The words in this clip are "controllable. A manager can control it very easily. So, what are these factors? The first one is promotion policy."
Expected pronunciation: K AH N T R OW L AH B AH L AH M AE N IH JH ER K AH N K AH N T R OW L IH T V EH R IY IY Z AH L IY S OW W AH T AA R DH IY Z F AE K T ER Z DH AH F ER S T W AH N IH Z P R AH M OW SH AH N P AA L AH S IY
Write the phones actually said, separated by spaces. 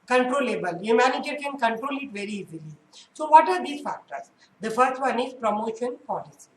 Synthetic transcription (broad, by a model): K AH N T R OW L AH B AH L AH M AE N IH JH ER K AH N K AH N T R OW L IH T V EH R IY IY Z AH L IY S OW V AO T AA R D IY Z F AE K T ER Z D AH F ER T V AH N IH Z P R AH M OW SH AH N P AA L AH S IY